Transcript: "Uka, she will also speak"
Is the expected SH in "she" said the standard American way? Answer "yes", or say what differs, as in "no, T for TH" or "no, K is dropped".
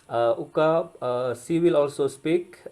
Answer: no, S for SH